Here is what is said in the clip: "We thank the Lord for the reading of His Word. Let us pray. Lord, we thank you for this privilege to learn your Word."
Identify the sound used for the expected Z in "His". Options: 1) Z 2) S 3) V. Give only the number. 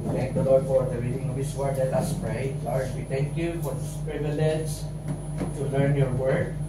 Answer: 2